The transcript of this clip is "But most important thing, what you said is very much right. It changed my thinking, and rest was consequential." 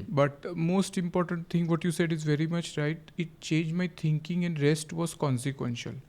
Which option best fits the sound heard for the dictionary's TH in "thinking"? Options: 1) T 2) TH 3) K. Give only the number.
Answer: 1